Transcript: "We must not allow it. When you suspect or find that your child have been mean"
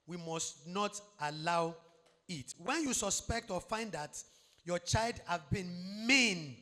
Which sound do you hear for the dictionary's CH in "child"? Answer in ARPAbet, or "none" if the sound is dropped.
CH